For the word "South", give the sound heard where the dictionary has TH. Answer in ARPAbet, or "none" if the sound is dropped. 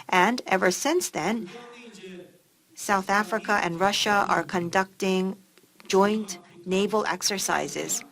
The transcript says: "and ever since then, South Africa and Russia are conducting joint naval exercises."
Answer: TH